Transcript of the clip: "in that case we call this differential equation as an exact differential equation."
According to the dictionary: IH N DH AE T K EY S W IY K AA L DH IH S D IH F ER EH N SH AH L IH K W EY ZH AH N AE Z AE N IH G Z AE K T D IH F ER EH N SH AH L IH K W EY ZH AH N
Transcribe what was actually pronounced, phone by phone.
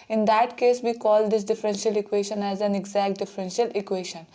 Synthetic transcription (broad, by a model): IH N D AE T K EY S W IY K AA L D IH S D IH F ER EH N SH AH L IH K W EY SH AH N AE Z AE N IH G Z AE K T D IH F ER EH N SH AH L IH K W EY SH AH N